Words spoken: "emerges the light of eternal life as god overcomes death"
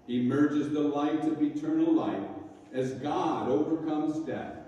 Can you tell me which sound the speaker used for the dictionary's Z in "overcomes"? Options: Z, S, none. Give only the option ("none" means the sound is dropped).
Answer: Z